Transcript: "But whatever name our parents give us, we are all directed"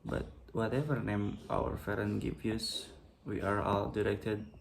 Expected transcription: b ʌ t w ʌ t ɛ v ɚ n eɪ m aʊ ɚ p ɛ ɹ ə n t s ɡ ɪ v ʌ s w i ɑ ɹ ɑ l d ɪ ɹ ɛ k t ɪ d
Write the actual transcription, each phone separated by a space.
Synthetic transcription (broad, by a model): b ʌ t w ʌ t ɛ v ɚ n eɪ m aʊ ɚ f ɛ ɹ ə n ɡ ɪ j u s w i ɑ ɹ ɑ l d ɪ ɹ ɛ k t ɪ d